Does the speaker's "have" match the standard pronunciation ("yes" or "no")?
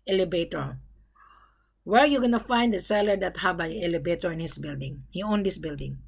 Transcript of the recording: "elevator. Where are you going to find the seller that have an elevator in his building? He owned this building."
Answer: no